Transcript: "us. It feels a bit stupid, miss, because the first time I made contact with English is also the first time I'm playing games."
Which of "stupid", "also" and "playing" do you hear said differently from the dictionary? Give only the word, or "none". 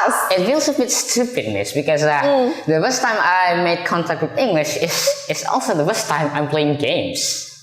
none